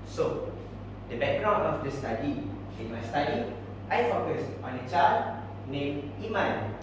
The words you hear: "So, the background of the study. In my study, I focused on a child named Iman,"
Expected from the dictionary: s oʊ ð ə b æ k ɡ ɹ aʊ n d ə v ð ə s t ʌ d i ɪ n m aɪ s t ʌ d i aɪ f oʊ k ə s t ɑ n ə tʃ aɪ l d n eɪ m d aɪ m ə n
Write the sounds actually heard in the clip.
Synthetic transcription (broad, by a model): s oʊ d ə b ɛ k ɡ ɹ aʊ n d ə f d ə s t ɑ d i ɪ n m aɪ s t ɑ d i aɪ f oʊ k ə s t ɑ n ə tʃ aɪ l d n eɪ m i m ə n